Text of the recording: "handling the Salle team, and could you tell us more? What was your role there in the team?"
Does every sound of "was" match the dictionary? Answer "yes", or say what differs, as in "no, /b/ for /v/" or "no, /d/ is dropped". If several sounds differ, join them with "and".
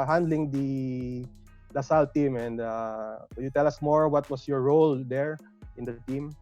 no, /s/ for /z/